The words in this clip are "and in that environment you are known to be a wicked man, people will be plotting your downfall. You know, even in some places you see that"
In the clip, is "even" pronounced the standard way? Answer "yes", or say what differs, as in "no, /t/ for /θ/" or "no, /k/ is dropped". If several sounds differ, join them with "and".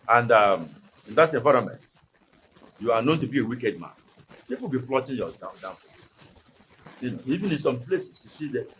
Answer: yes